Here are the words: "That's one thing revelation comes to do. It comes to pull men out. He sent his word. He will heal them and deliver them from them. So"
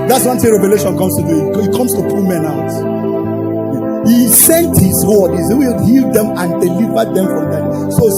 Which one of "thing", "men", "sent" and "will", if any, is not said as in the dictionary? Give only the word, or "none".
thing